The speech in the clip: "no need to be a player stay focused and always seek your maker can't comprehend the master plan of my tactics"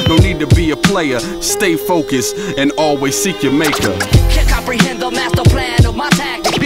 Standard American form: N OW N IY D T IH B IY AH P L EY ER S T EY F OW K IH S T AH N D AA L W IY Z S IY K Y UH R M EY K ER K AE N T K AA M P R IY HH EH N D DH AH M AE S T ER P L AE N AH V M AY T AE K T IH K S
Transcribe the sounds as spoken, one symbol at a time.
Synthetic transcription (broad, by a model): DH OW N IY D T IH B IY AH P L EY ER S T EY F OW K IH S AH N AA L W IY Z S IY K Y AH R M EY K ER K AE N K AA M P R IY HH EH N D DH AH M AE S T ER P L AE N AH V M AY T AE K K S